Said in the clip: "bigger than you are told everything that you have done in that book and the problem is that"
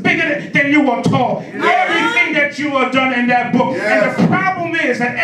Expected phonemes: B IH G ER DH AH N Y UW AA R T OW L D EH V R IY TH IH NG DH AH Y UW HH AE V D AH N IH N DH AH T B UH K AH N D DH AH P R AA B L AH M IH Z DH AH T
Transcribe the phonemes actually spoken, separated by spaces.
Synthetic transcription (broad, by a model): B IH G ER DH AH N Y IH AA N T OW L EH V R IY TH IH NG DH AH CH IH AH D AH N IH N DH AH T B UH K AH N DH AH P R AA B L AH M IH Z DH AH T